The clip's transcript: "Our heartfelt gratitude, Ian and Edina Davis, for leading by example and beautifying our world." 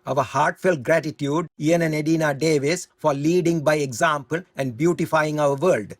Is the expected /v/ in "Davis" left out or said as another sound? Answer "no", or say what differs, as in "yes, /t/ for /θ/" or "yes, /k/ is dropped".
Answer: no